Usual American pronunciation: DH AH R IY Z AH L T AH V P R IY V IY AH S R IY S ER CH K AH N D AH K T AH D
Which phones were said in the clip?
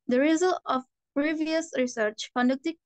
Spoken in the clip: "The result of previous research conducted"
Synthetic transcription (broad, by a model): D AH R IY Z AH L AH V P R IY V IY AH S R IY S ER CH K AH N D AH K T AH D